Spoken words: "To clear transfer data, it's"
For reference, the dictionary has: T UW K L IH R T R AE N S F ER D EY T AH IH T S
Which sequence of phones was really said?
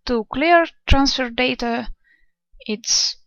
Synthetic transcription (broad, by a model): T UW K L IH R T R AE N S F ER D EY T AH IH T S